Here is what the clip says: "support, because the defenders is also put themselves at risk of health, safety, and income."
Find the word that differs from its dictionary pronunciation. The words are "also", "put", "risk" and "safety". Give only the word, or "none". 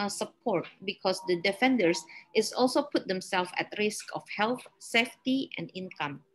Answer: none